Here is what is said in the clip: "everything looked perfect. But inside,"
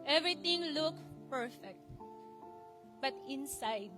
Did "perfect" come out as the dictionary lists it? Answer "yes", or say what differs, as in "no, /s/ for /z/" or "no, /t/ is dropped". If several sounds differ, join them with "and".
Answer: yes